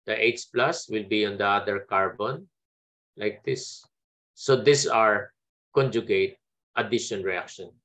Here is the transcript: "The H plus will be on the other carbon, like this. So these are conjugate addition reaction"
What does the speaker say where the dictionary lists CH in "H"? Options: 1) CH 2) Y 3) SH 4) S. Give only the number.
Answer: 4